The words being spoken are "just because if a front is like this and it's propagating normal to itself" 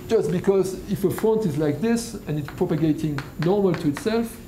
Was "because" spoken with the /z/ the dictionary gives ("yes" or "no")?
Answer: yes